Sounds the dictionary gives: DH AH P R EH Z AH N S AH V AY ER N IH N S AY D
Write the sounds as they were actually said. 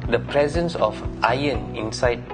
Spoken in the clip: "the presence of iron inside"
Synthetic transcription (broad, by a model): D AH P R EH Z AH N S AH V AY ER N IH N S AY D